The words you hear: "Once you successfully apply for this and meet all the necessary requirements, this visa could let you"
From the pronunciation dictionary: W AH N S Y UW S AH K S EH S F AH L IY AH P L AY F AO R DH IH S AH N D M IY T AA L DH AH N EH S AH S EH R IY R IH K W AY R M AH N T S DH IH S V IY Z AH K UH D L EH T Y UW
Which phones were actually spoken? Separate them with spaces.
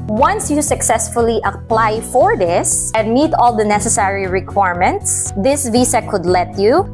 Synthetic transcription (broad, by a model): W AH N S Y UW S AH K S EH S F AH L IY AH P L AY F AO R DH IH S AH N D M IY T AA L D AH N EH S AH S EH R IY R IH K W AY R M AH N T S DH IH S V IY S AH K UH D L EH T Y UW